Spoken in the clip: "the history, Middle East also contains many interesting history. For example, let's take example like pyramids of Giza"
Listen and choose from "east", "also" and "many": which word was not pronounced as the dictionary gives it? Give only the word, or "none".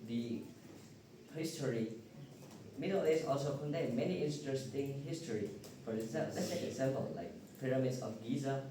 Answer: east